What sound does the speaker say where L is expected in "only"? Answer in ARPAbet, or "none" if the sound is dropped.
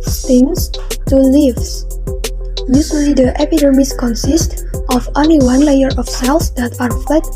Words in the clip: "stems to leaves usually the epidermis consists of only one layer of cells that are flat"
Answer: none